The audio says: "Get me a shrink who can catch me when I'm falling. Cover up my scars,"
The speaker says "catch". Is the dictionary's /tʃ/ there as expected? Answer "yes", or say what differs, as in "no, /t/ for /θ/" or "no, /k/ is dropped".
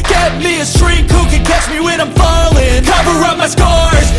yes